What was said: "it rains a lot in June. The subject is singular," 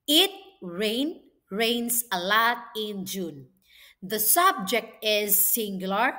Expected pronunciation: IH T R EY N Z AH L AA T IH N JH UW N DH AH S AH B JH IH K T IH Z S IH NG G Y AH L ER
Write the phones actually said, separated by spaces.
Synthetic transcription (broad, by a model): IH T R EY N S AH L AA T IH N JH UW N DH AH S AH B JH IH K T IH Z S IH NG G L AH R